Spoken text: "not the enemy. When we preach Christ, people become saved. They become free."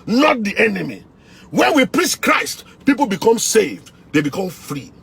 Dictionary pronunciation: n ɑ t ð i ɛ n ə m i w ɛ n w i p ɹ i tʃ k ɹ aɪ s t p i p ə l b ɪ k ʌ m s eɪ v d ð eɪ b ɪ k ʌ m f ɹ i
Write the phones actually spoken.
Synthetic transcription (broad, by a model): n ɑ t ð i ɛ n ə m i w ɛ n w i p ɹ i s k ɹ aɪ s t p i p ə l b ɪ k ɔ m s eɪ v d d eɪ b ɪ k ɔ m f ɹ i